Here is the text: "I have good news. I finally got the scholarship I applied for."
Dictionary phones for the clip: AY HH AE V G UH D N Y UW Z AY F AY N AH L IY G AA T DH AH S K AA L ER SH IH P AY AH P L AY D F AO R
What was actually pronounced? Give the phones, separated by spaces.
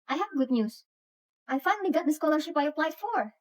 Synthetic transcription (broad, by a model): AY HH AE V G UH D N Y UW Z AY F AY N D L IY G AA T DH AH S K AA L ER SH IH P AY AH P L AY D F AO R